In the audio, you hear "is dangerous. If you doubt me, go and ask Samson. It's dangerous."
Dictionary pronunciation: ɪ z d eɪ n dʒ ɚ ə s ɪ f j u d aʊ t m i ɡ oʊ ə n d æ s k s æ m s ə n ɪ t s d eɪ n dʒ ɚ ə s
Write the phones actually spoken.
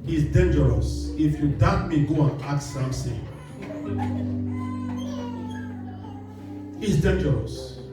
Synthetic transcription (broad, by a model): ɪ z d eɪ n dʒ ɚ ə s ɪ f j u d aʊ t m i ɡ oʊ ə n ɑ k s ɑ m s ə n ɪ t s d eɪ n dʒ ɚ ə s